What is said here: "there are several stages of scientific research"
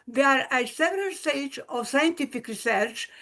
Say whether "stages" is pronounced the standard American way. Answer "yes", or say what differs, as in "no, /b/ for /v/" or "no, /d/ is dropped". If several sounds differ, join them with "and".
no, /dʒ/ is dropped